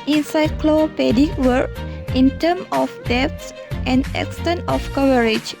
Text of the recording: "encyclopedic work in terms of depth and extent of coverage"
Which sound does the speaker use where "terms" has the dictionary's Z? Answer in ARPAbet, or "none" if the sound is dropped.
none